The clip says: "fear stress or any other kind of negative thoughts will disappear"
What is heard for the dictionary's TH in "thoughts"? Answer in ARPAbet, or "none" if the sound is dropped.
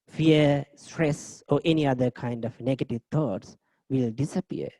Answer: T